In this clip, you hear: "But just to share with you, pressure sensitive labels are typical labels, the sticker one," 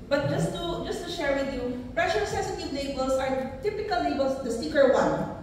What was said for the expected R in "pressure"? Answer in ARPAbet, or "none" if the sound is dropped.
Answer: R